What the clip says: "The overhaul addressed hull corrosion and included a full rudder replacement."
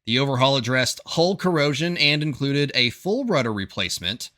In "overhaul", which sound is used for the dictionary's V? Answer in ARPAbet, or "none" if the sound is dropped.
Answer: V